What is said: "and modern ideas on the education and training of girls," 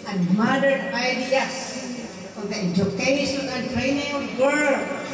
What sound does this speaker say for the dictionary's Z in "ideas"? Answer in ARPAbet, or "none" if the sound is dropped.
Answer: S